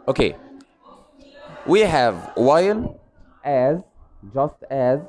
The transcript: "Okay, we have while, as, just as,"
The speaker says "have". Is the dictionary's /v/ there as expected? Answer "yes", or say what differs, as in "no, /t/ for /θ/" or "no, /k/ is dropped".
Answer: yes